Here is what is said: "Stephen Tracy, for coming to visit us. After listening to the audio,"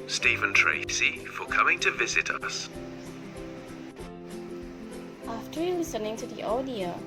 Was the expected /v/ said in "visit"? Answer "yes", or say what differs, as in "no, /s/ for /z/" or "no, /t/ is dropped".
yes